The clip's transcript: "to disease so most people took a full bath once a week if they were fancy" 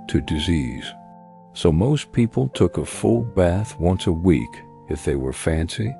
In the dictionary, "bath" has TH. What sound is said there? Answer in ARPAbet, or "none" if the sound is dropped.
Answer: TH